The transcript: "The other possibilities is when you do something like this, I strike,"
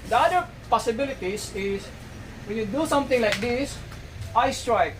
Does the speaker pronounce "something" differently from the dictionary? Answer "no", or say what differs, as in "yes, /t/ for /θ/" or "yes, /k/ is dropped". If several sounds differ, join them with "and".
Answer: yes, /t/ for /θ/